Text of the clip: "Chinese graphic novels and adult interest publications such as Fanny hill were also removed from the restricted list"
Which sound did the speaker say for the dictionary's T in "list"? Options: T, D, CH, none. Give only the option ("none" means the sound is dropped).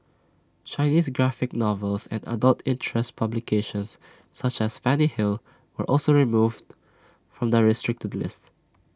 T